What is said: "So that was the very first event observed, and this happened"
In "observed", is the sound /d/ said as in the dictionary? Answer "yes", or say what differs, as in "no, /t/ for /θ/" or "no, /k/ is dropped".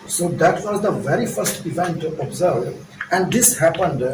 no, /d/ is dropped